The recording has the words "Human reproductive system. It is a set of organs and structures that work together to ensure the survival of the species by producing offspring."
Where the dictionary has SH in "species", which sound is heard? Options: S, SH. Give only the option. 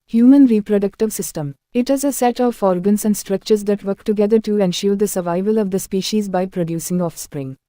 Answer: SH